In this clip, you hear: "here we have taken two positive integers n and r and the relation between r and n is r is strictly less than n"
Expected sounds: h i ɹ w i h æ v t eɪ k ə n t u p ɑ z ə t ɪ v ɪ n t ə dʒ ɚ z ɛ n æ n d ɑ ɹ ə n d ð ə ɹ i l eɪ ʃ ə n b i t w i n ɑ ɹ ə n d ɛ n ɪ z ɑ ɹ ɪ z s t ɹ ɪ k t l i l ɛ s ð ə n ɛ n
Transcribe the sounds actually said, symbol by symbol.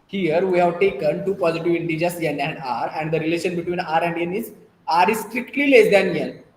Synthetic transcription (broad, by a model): h i ɹ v i h æ v t eɪ k ə n t u p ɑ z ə t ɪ v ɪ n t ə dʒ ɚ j ɛ n æ n d ɑ ɹ ə n d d ə ɹ i l eɪ ʃ ə n b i t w i n ɑ ɹ ə n d ɛ n ɪ z ɑ ɹ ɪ s t ɹ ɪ k t l i l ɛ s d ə n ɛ n